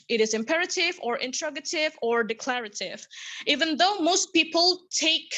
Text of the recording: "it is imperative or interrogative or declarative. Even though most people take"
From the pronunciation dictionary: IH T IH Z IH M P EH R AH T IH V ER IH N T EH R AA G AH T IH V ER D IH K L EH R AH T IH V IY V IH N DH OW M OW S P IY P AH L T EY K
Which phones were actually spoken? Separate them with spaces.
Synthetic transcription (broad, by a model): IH T IH Z IH M P EH R AH T IH V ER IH N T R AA G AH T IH V ER D IH K L EH R AH T IH V IY V IH N DH OW M OW S P IY P AH L T EY K